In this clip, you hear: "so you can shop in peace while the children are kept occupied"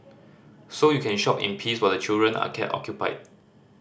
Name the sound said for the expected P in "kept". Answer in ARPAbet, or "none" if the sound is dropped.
none